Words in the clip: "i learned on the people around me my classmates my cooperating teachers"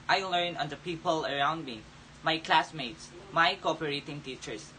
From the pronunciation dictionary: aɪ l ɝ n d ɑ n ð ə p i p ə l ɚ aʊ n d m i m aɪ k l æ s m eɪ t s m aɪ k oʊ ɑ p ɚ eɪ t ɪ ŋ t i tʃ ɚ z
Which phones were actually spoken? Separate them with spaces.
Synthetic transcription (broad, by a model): aɪ l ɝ n ɑ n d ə p i p ə l ɚ aʊ n d m i m aɪ k l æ s m eɪ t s m aɪ k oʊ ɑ p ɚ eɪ t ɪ ŋ t i tʃ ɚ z